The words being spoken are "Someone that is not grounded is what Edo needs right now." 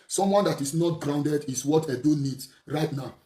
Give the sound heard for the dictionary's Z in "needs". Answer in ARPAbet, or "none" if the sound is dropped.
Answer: S